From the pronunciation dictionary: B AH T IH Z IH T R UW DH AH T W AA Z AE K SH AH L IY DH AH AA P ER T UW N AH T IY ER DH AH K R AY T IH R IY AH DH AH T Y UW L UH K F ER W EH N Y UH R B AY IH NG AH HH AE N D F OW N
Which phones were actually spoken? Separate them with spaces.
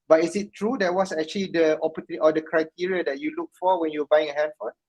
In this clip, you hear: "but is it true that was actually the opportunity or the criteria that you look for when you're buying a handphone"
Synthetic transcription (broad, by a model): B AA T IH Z IH T R UW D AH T W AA S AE K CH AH L IY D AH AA P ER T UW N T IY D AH K R AY T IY R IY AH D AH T Y UW L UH K F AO W EH N Y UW W B AY IH NG AH HH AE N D F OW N